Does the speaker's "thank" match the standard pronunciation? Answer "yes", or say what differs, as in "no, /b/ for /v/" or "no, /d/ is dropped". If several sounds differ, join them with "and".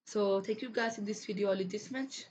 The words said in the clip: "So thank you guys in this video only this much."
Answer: no, /t/ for /θ/ and /ŋ/ is dropped